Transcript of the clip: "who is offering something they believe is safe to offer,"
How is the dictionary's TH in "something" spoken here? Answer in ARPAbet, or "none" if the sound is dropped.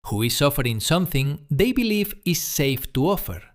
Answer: TH